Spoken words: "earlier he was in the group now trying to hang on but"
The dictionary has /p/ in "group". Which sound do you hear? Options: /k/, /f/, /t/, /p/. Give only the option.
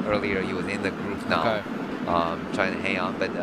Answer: /f/